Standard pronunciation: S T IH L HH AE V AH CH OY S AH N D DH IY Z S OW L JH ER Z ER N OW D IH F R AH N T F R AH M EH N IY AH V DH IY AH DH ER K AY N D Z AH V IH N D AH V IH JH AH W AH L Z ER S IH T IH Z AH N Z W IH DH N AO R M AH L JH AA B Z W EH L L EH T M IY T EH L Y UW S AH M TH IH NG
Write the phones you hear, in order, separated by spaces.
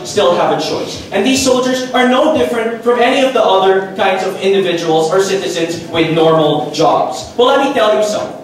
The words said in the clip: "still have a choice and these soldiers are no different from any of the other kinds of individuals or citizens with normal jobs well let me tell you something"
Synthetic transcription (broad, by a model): S T IH L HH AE V AH CH OY S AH N DH IY Z S OW L JH ER Z ER N OW D IH F R AH N T F R AH M EH N IY AH V DH IY AH DH ER K AY N D Z AH V IH N D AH V IH JH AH W L Z ER S IH T IH Z AH N Z W IH DH N AO R M L JH AA B Z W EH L L EH T M IY T EH L Y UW S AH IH